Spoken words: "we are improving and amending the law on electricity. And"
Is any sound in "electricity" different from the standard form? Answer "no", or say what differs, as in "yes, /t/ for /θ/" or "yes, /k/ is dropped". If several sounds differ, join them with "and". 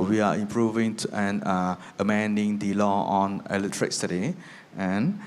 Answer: yes, /k/ is dropped